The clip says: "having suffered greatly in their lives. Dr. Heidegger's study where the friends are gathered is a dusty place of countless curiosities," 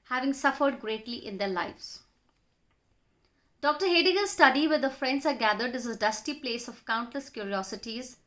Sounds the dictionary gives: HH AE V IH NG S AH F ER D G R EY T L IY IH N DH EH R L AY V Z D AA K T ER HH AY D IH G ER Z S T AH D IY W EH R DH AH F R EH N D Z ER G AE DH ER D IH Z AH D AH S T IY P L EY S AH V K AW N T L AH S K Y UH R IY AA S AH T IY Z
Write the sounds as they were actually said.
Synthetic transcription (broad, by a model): HH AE V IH NG S AH F ER D G R EY T L IY IH N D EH R L AY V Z D AA K T ER HH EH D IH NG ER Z S T AH D IY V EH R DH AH F R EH N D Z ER G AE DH ER D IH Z AH D AH S T IY P L EY S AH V K AW N T L AH S K Y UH R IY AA S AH T IY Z